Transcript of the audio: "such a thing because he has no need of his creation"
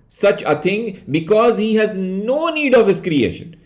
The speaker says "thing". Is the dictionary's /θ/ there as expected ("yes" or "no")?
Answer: no